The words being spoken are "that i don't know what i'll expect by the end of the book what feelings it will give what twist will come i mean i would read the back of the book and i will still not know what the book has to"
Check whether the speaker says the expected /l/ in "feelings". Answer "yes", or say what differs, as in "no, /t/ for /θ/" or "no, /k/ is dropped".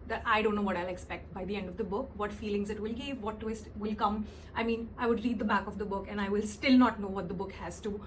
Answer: yes